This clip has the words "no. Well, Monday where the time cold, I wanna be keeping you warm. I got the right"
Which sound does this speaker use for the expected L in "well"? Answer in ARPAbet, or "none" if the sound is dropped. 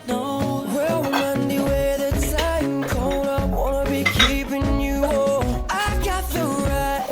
W